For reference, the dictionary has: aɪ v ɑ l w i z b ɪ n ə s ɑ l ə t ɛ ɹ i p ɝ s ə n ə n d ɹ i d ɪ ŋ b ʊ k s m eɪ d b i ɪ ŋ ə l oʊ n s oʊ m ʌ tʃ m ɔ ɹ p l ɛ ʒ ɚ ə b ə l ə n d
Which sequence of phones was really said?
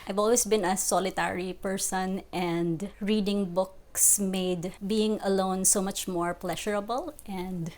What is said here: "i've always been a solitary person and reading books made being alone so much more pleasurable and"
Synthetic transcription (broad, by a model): aɪ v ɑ l w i s b ɪ n ə s ɑ l ə t ɛ ɹ i p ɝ s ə n ə n d ɹ i d ɪ ŋ b ʊ k s m eɪ d b i ɪ ŋ ə l oʊ n s oʊ m ʌ tʃ m ɔ ɹ p l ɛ ʃ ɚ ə b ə l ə n d